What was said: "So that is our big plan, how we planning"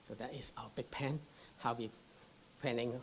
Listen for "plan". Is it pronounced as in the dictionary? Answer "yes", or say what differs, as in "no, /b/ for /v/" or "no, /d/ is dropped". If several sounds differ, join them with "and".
no, /l/ is dropped